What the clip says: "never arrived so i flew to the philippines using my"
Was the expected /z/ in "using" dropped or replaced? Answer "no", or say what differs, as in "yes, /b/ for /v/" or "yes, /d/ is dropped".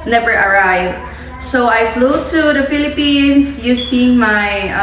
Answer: yes, /s/ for /z/